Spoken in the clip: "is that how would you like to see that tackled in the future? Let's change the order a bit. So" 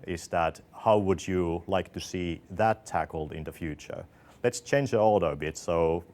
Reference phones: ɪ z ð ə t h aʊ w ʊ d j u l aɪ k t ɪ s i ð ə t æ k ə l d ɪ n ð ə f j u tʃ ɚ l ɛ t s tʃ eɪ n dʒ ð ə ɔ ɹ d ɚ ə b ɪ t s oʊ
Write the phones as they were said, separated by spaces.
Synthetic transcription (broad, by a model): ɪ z ð ə t h aʊ w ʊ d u l aɪ k t ɪ s i ð ə t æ k l d ɪ n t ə f j u tʃ ɚ l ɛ t s tʃ eɪ n dʒ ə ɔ l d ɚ ə b ɪ t s oʊ